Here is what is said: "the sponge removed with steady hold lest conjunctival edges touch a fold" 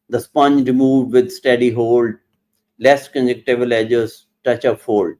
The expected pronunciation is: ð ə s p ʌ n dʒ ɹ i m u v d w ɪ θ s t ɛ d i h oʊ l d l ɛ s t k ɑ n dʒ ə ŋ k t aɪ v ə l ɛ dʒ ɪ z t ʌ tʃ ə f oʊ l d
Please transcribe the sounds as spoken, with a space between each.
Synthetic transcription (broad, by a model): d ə s p ʌ n dʒ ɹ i m u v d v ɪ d s t ɛ d i h oʊ l d l ɛ s t k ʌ n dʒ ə k t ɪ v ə l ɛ dʒ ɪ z t ʌ tʃ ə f oʊ l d